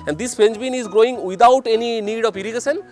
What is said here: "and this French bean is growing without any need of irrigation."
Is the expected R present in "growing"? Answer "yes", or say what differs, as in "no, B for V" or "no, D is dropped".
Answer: yes